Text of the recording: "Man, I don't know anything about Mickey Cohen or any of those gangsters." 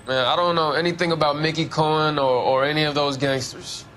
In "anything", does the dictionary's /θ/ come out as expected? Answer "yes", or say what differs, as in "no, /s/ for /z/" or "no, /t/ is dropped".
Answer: yes